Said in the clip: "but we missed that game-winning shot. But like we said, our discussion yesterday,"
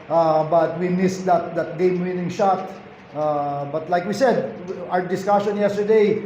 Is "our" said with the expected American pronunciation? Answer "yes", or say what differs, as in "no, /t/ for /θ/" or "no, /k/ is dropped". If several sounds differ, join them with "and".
no, /w/ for /ɹ/